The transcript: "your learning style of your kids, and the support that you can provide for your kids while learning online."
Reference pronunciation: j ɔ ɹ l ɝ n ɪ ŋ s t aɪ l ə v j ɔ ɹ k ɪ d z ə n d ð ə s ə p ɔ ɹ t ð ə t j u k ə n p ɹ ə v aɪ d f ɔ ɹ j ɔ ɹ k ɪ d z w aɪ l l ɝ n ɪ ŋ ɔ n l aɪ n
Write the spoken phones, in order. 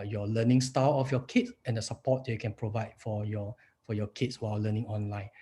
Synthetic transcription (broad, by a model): j ɔ l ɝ n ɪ ŋ s t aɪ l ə f j ɔ k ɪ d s ə n d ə s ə p ɔ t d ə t j u k ə n p ɹ ə v aɪ d f ɔ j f ɔ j k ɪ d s w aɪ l l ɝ n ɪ ŋ ɔ n l aɪ n